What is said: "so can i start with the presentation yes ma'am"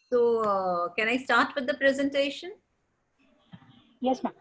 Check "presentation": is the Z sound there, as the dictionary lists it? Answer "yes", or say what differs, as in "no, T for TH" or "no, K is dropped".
yes